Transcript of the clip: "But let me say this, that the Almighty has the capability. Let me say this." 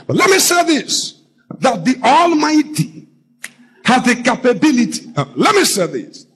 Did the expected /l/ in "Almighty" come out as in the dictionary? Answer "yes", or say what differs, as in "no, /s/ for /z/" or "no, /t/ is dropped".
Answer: yes